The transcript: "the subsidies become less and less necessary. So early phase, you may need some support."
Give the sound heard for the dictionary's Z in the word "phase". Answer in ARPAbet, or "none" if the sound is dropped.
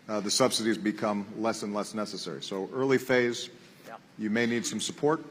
Z